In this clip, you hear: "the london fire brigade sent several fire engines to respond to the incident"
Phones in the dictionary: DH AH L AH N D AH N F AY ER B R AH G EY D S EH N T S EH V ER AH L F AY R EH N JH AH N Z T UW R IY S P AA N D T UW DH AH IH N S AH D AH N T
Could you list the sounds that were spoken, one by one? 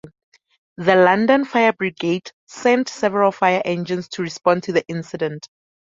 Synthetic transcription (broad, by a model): DH AH L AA N D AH N F AY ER B R AH G EY D S EH N T S EH V ER AH L F AY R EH N JH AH N S T UW R IY S P AA N D T UW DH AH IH N S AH D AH N T